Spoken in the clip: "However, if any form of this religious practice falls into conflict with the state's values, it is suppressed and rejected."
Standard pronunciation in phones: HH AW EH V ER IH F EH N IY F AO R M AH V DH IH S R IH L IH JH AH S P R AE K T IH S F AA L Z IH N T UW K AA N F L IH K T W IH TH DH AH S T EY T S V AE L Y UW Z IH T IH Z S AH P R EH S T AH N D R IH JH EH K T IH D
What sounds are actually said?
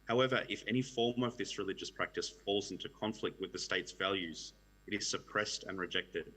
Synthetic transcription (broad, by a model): HH AW EH V ER IH F EH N IY F AO R M AH V DH IH S R IH L IH JH AH S P R AE K T IH S F AA L Z IH N T UW K AA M F L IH K T W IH DH AH S T EY T S V AE L Y UW Z IH T IH Z S AH P R EH S T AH N R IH JH EH K T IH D